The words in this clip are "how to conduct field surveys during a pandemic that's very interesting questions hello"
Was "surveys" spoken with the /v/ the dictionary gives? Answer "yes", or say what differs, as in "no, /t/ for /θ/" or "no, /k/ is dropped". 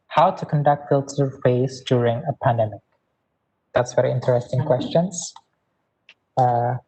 no, /v/ is dropped